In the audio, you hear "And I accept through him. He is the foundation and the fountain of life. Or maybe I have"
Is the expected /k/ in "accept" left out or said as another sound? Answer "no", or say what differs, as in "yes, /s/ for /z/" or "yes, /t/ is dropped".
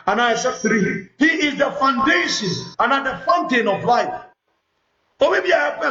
yes, /k/ is dropped